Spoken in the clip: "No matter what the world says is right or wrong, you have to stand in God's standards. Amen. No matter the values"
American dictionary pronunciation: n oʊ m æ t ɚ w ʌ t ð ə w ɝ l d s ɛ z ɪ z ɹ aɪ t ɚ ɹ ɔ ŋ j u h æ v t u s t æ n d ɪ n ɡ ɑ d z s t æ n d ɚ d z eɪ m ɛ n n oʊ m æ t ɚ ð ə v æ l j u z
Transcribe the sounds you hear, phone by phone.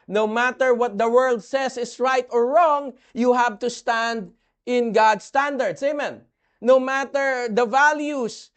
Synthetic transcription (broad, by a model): n oʊ m æ t ɚ w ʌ t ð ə w ɝ l d s ɛ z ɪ s ɹ aɪ t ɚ ɹ ɔ ŋ j u h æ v t u s t æ n d ɪ n ɡ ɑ d s t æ n d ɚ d s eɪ m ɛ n n oʊ m æ t ɚ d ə v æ l j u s